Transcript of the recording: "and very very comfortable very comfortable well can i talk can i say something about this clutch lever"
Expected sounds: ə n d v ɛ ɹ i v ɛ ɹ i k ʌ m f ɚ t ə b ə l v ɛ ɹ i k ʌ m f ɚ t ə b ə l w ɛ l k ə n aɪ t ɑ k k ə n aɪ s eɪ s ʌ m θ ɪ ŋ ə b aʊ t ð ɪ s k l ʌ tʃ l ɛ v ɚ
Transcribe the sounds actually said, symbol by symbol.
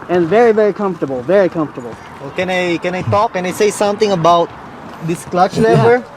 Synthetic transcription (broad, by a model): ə n v ɛ ɹ i v ɛ ɹ i k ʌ m f t ə b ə l v ɛ ɹ i k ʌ m f t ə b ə l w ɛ n k ə n aɪ t ɑ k k ə n aɪ s eɪ s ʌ m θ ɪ ŋ ə b aʊ t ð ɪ s k l ʌ tʃ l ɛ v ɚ